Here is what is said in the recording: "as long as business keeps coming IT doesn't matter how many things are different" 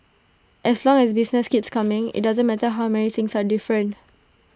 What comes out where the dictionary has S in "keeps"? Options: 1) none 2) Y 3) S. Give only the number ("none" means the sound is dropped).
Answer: 3